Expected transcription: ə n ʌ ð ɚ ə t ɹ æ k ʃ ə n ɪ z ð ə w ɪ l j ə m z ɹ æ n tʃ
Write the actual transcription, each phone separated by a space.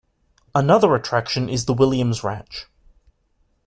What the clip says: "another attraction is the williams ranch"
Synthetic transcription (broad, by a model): ə n ʌ ð ɚ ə t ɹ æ k ʃ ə n ɪ z ð ə w ɪ l j ə m z ɹ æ tʃ